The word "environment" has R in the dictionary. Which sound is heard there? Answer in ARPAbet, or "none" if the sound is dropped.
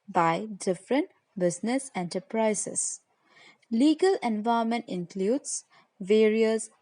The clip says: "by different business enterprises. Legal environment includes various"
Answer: none